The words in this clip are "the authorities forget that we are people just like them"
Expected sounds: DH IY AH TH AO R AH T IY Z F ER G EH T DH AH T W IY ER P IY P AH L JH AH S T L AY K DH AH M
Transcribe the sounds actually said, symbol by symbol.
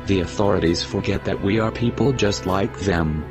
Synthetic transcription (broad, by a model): DH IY AH TH AO R AH T IY Z F ER G EH T DH AH T W IY ER P IY P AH L JH AH S T L AY K DH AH M